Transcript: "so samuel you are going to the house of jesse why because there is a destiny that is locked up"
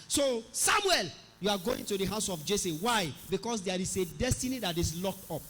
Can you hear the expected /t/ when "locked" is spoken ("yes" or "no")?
yes